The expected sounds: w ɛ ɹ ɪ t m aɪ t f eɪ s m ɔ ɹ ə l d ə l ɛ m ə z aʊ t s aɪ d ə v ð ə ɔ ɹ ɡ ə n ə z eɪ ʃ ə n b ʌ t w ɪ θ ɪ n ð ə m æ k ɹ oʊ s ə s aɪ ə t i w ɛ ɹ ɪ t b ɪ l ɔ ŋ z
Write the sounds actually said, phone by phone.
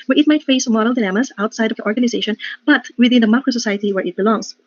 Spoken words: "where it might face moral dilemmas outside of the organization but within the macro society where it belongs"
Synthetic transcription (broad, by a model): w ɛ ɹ ɪ t m aɪ t f eɪ s m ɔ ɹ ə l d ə n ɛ m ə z aʊ t s aɪ d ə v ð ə ɔ ɹ ɡ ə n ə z eɪ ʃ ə n b ʌ t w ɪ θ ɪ n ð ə m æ k ɹ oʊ s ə s aɪ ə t i w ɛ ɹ ɪ t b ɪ l ɔ ŋ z